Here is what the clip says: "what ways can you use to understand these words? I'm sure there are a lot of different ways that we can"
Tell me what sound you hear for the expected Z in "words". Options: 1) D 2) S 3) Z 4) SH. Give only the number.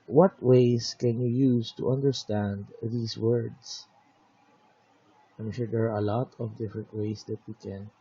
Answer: 2